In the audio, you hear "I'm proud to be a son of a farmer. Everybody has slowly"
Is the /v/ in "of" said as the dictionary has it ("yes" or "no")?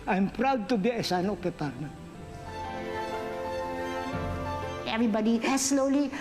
no